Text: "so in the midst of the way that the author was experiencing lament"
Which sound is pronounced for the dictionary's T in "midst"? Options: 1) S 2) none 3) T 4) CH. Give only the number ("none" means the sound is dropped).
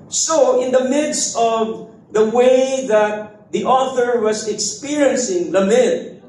3